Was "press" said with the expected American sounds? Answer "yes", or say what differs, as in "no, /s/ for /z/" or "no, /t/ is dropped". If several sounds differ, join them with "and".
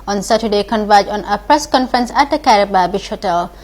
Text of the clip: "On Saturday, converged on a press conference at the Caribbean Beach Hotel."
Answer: yes